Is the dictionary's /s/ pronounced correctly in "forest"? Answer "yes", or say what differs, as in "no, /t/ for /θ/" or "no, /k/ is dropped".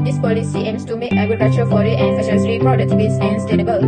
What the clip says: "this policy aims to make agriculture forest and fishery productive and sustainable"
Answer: no, /s/ is dropped